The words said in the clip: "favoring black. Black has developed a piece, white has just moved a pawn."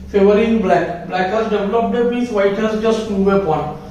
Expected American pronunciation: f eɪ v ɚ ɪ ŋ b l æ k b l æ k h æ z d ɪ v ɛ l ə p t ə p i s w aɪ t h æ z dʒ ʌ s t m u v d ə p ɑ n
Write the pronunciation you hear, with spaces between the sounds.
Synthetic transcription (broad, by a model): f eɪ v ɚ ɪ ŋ b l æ k b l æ k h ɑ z d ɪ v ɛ l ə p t ə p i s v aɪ t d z dʒ ʌ s t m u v ə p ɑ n